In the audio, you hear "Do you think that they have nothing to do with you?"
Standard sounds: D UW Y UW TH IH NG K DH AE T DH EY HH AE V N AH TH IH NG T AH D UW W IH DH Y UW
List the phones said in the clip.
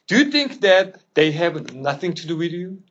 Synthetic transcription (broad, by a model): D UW Y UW TH IH NG K DH AE T DH EY HH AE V N AH TH IH NG T AH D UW W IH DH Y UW